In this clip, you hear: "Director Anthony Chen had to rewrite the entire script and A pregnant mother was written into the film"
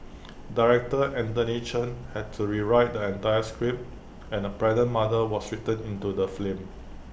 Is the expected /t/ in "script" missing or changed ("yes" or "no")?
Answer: yes